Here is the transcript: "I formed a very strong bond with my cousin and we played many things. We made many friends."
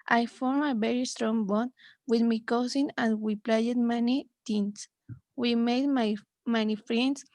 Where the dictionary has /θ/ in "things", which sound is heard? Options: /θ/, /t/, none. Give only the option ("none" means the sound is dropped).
/t/